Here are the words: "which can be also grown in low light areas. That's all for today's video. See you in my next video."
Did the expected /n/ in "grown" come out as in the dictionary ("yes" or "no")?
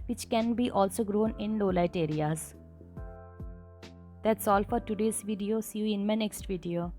yes